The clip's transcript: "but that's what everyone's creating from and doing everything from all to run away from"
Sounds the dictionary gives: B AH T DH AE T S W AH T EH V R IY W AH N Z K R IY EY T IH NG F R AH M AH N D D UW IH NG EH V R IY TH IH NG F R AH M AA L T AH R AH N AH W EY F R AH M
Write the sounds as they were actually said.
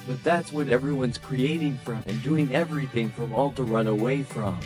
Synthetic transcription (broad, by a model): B AH T DH AE T S W AH T EH V R IY W AH N Z K R IY EY T IH NG F R AH M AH N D D UW IH NG EH V R IY TH IH NG F R AH M AA L T AH R AH N AH W EY F R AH M